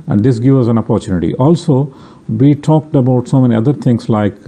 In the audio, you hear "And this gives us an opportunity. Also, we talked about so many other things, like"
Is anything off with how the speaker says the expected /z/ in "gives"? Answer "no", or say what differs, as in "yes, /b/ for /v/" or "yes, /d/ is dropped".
yes, /z/ is dropped